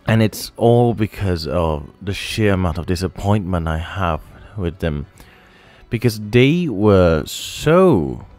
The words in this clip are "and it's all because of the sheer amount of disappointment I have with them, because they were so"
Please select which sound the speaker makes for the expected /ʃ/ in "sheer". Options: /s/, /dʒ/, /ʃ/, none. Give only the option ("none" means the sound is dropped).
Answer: /ʃ/